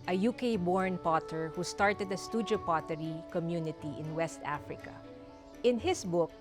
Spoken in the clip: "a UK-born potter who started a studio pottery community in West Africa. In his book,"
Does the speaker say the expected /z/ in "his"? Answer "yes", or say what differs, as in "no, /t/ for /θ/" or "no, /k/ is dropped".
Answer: no, /s/ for /z/